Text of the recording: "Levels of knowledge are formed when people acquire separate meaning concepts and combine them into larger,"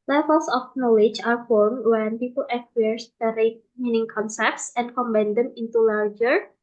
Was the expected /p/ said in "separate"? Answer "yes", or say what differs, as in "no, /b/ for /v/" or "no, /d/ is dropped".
no, /p/ is dropped